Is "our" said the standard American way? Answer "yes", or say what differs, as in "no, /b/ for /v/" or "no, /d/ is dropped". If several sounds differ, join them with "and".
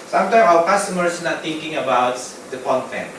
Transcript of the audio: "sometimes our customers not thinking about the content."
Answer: no, /w/ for /ɹ/